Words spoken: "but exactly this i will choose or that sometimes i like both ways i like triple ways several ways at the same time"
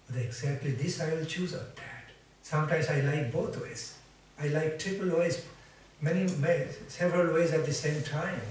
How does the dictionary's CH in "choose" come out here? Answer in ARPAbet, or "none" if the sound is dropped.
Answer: CH